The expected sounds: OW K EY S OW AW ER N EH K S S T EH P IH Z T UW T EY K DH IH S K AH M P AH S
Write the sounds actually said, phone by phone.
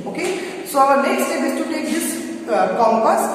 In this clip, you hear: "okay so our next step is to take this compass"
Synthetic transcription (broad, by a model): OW K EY S OW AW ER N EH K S S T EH B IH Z T UW T EY K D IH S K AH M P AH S